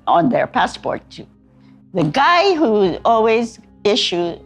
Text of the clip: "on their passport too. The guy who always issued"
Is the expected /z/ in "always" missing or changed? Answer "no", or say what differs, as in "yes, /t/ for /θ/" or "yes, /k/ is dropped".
no